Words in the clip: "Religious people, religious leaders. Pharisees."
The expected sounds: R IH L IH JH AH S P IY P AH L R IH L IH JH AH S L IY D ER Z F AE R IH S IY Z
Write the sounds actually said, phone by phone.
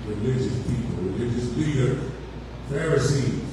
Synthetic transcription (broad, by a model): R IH L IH JH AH S P IY P AH L R IH L IH JH AH S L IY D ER F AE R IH S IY